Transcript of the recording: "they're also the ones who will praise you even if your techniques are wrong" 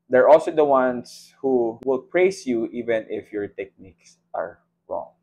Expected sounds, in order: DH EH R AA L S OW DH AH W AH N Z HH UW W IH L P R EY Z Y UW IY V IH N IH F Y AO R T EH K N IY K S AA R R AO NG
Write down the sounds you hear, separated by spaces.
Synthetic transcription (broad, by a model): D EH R AA L S OW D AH W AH N S HH UW W IH L P R EY S Y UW IY V IH N IH F Y AO R T EH K N IY K S AA R R AO NG